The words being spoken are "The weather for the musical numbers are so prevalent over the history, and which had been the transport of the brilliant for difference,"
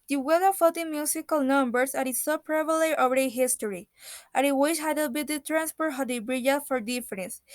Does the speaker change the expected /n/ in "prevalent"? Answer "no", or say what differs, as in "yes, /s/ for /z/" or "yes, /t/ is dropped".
yes, /n/ is dropped